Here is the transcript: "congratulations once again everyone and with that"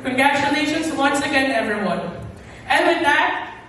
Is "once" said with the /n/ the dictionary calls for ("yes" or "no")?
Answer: yes